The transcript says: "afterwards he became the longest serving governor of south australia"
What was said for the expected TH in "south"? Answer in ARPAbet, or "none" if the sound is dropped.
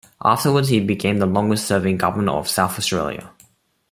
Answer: TH